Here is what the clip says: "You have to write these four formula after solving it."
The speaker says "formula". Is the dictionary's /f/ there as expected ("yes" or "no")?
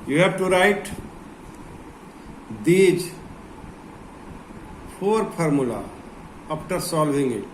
no